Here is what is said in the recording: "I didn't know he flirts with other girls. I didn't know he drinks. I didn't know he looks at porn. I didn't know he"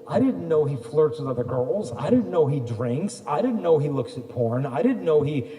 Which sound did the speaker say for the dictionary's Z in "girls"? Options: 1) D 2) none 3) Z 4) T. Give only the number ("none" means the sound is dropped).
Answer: 3